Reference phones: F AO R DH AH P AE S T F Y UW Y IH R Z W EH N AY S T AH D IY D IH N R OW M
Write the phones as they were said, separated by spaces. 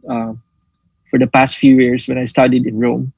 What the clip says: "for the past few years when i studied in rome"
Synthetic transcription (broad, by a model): F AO R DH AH P AE S T F Y UW Y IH R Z W EH N AY S T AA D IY D IH N R OW M